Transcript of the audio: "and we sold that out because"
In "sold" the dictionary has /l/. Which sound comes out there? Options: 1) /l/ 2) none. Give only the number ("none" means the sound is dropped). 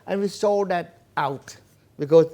2